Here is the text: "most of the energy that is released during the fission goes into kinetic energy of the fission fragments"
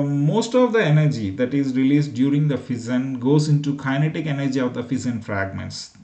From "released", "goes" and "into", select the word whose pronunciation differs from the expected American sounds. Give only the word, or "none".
none